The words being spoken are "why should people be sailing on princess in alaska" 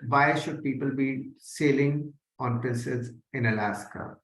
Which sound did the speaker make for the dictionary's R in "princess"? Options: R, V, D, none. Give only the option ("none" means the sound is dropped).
none